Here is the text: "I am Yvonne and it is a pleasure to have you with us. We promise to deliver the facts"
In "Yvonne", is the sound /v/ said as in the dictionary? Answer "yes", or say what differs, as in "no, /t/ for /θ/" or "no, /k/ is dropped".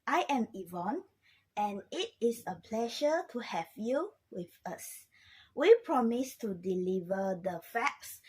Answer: yes